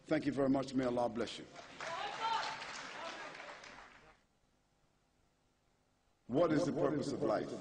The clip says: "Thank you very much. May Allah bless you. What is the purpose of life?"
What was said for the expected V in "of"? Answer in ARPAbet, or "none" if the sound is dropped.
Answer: V